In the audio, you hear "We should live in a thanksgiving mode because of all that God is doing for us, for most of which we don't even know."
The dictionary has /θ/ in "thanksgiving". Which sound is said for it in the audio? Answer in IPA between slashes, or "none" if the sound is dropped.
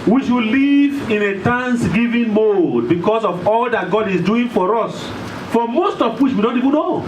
/t/